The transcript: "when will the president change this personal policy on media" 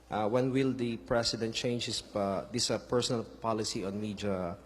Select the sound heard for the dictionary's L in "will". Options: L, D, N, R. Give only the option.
L